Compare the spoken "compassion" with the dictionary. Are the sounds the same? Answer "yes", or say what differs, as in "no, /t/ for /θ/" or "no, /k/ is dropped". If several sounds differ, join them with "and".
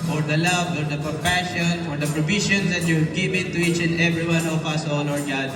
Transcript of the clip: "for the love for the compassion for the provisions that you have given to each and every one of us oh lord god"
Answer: no, /m/ is dropped